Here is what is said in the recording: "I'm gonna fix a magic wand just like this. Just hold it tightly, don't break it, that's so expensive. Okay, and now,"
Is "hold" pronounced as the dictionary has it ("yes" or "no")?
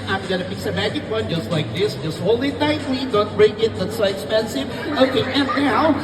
no